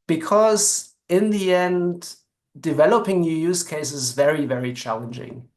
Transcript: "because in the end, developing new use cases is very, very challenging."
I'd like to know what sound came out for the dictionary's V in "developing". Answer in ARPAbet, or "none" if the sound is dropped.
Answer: V